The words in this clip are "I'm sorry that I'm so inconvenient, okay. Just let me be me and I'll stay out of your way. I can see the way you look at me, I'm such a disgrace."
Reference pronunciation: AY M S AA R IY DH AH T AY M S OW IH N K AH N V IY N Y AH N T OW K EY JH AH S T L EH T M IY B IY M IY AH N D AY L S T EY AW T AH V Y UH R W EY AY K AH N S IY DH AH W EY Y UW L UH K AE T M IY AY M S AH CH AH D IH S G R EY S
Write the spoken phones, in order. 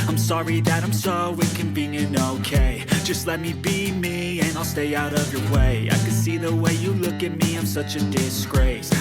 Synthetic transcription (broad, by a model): AY M S AA R IY DH AH T AY M S OW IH K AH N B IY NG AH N OW K EY JH AH S T L EH T M IY B IY M IY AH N AY L S T EY AW T AH V Y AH R W EY AY K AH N S IY DH AH W EY Y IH L UH K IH T M IY AY M S AH CH AH D IH S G R EY S